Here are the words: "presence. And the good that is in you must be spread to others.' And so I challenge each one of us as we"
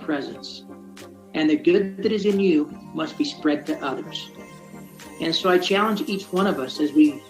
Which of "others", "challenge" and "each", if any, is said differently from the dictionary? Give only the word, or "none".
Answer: none